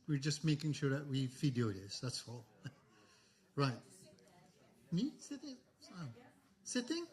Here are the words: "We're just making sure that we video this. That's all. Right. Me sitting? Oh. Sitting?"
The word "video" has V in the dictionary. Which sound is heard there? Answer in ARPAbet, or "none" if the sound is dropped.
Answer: F